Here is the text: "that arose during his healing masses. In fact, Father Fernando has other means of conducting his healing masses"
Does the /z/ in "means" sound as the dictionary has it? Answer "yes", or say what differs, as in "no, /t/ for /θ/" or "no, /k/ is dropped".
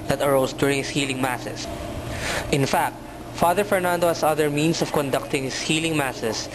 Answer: no, /s/ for /z/